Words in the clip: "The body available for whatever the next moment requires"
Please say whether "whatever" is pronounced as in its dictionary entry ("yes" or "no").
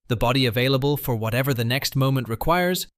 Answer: yes